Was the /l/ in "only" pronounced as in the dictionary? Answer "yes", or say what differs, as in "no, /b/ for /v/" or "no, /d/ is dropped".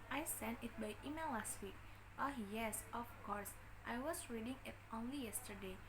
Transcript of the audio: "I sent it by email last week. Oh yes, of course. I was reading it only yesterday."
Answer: yes